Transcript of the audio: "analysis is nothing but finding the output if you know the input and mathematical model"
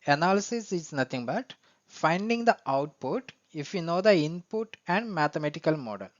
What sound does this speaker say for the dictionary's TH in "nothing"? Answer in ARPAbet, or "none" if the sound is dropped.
T